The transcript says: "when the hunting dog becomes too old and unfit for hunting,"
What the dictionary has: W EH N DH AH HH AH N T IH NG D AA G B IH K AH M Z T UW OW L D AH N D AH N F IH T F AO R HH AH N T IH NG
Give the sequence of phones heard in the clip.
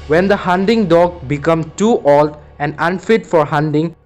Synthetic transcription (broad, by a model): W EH N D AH HH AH N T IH NG D AA G B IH K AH M T UW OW L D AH N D AH N F IH T F AO R HH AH N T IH NG